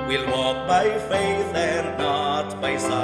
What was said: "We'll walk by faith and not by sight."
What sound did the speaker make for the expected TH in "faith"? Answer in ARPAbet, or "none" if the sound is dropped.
TH